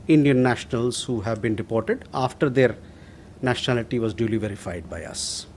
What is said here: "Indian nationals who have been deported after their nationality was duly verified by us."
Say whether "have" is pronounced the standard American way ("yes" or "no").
yes